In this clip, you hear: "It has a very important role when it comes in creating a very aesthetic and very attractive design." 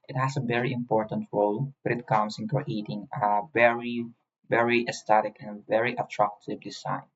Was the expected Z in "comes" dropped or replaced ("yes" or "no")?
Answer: yes